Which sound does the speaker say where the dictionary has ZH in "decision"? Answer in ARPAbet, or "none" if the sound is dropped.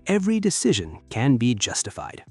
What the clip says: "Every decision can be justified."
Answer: ZH